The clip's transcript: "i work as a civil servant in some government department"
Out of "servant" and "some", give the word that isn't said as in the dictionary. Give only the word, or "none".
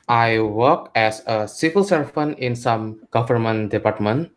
servant